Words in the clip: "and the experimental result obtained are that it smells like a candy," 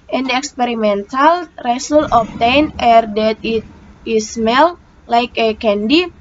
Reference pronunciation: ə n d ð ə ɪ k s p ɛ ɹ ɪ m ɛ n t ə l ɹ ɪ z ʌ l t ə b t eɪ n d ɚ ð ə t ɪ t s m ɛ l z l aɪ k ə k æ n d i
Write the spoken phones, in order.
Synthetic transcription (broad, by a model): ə n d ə k s p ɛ ɹ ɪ m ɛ n t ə l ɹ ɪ s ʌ l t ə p t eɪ n ɚ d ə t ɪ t s m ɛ l l aɪ k ə k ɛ n d i